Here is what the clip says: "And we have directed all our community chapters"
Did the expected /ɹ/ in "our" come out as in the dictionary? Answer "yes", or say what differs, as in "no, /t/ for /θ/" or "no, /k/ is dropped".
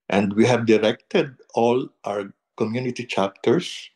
no, /w/ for /ɹ/